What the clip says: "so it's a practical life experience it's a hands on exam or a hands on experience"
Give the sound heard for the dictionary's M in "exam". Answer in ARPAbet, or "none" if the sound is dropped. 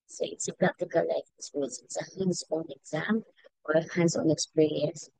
M